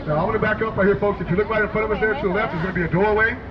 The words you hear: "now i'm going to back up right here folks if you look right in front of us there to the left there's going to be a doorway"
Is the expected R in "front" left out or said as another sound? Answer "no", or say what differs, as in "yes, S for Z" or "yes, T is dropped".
yes, R is dropped